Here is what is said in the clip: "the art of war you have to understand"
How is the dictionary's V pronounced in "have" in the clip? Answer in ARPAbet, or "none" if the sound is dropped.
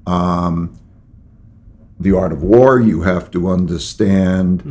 F